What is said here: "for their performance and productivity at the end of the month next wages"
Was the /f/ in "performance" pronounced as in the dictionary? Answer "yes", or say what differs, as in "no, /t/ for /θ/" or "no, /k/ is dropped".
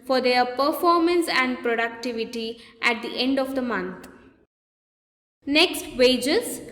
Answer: yes